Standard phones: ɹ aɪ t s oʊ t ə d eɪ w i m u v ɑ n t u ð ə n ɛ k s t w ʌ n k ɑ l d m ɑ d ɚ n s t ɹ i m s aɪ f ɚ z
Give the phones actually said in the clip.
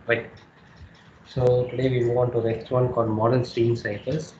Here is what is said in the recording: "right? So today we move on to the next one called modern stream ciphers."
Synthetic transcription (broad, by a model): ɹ aɪ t s oʊ t ə d eɪ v i m u v ɑ n t u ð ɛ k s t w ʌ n k ɑ l d m ɑ d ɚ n s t i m s aɪ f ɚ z